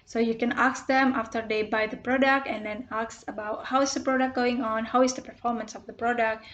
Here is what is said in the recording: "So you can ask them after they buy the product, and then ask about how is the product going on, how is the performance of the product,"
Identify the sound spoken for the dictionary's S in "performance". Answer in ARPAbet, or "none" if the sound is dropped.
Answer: S